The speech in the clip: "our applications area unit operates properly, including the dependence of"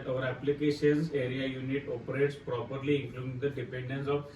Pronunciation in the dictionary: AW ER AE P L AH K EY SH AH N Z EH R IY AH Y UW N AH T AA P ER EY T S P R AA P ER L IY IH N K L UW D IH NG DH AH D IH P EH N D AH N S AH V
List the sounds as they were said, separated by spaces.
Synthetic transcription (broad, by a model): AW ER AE P L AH K EY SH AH N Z EH R IY AH Y UW N AH T AA P ER EY T S P R AA P ER L IY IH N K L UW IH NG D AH D IH P EH N D AH N S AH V